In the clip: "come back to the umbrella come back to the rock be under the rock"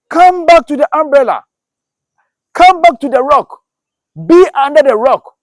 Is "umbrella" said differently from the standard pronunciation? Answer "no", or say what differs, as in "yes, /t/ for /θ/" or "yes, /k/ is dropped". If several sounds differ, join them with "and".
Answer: no